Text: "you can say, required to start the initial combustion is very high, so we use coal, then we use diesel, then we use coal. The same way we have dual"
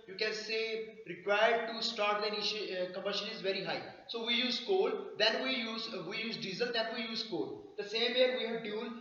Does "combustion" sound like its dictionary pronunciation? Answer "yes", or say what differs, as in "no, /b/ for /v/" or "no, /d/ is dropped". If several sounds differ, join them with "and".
no, /b/ is dropped and /l/ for /n/